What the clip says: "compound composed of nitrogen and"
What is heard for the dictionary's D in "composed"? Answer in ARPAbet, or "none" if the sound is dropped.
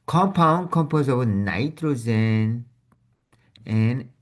none